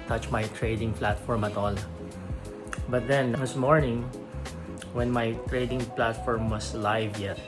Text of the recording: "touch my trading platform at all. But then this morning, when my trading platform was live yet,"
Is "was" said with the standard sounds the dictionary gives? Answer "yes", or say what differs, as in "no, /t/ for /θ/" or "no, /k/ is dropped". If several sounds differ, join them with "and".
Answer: no, /s/ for /z/